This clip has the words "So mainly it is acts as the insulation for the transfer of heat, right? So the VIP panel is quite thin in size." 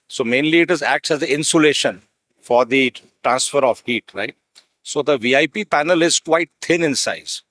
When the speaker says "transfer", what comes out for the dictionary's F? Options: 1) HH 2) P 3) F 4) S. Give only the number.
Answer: 3